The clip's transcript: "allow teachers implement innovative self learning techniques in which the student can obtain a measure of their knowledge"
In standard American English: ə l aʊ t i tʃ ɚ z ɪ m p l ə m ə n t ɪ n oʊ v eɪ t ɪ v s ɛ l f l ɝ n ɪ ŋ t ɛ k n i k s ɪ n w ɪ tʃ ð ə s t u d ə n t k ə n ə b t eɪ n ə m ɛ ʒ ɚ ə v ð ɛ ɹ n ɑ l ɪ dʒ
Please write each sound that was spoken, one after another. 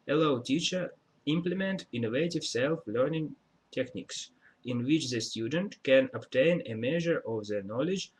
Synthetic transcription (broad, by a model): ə l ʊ t i tʃ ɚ ɪ m p l ə m ə n t ɪ n oʊ v eɪ t ɪ v s ɛ l f l ɝ n ɪ ŋ t ɛ k n i k s ɪ n w ɪ tʃ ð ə s t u d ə n t k ə n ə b t eɪ n ə m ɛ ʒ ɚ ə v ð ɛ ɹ n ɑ l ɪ dʒ